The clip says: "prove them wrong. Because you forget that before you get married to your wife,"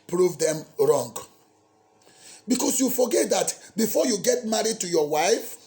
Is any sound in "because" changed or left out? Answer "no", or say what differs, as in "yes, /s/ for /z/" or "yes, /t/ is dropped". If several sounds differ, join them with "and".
yes, /s/ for /z/